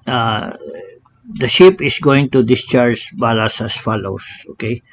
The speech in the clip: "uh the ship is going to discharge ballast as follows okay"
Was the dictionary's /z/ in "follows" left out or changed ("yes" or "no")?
yes